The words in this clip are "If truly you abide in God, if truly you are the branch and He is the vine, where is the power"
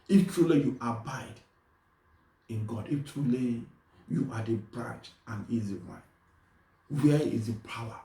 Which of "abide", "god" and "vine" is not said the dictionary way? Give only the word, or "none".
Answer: vine